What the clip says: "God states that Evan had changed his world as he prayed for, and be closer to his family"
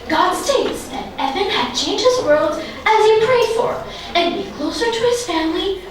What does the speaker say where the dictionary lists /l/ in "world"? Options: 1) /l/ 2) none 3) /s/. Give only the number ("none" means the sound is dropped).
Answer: 1